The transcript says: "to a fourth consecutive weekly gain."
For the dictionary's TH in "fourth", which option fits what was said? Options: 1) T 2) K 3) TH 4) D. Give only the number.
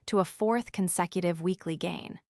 3